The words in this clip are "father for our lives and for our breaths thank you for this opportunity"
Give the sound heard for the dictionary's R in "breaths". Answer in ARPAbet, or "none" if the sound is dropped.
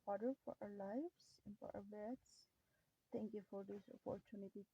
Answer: none